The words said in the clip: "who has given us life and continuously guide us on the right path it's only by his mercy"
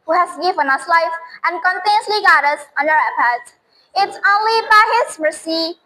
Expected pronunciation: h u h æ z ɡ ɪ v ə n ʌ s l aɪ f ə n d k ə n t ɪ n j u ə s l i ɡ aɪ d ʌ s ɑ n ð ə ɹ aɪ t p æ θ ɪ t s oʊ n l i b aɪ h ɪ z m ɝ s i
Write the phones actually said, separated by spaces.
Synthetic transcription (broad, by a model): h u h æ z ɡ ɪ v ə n ʌ s l aɪ f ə n k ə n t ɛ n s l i ɡ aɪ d ʌ s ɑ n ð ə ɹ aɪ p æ s ɪ t s oʊ n l i b aɪ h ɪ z m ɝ s i